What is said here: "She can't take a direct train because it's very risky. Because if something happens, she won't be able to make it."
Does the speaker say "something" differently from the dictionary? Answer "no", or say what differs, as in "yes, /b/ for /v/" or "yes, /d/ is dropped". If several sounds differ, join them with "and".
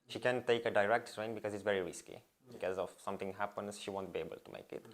yes, /t/ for /θ/